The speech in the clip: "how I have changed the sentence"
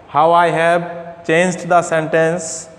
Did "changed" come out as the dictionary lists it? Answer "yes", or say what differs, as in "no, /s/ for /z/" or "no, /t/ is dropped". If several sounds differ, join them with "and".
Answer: yes